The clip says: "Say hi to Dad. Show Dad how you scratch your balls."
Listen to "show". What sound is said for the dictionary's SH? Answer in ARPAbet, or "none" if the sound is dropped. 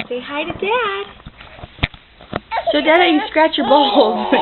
S